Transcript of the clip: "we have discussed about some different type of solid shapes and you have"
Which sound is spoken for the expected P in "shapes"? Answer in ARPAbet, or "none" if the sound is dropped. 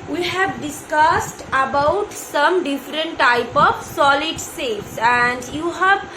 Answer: none